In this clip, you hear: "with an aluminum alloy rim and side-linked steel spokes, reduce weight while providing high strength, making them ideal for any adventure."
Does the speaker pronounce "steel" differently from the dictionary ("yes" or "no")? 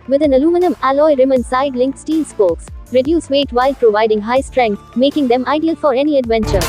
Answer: yes